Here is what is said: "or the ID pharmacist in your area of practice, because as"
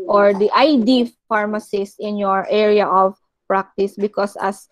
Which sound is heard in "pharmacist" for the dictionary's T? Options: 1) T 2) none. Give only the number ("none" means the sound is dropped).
2